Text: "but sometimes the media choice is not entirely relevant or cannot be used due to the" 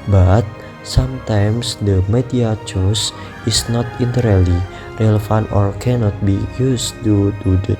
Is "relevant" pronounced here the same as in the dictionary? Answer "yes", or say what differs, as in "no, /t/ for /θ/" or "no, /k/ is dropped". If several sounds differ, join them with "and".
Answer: no, /f/ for /v/